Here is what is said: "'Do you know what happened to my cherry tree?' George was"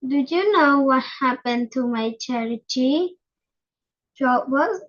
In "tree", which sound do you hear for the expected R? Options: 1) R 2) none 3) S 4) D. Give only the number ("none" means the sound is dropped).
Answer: 2